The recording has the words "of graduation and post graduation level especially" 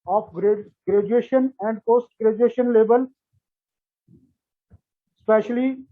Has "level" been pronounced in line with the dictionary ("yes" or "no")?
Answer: no